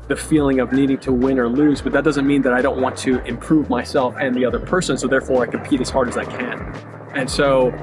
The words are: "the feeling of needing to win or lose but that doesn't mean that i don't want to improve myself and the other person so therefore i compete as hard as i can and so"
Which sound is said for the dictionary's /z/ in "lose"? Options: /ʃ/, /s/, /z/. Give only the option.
/z/